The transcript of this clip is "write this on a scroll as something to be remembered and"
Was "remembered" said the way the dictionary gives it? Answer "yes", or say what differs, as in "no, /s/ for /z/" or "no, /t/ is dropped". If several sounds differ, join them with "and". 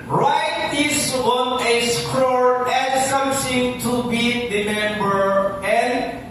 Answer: no, /d/ is dropped